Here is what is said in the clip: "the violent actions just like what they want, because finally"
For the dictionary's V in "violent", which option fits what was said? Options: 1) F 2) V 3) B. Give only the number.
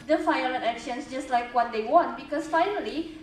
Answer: 1